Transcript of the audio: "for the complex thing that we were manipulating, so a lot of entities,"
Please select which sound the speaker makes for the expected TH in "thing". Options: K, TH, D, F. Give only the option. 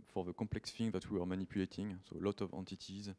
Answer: F